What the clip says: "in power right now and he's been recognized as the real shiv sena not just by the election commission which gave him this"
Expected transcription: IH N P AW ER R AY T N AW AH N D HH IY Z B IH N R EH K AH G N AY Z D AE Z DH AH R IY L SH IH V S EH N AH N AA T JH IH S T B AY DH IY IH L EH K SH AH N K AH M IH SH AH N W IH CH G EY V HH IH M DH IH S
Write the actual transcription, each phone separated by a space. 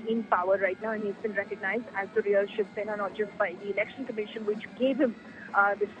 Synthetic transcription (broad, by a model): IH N P AW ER R AY T N AW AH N HH IY Z B IH N R EH K AH G N AY Z D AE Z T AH R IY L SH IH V S EH N AH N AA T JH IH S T B AY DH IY IH L EH K SH AH N K AH M IH SH AH N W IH CH G EY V HH IH M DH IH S